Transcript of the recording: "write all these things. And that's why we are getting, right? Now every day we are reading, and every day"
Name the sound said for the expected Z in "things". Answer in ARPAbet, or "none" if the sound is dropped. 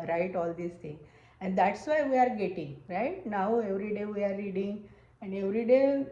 none